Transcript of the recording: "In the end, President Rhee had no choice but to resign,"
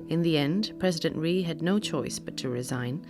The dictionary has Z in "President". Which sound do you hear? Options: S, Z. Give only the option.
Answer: Z